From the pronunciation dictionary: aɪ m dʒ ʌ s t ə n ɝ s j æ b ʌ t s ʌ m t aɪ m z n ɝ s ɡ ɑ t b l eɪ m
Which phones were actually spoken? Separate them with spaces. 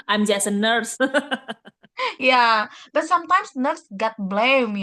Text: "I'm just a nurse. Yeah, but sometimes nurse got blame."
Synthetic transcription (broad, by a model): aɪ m dʒ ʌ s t ə n ɝ s j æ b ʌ t s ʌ m t aɪ m s n ɝ s ɡ ɑ t b l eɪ m